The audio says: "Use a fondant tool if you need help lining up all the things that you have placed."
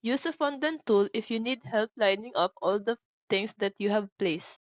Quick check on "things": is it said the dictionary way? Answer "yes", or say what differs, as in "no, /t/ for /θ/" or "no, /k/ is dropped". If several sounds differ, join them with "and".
no, /t/ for /θ/